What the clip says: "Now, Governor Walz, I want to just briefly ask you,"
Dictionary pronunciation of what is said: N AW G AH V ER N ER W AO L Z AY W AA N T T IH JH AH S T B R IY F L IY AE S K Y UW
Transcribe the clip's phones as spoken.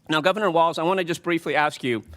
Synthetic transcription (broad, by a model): N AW G AH V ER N ER W AO L Z AY W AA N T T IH JH AH S B R IY F L IY AE S K Y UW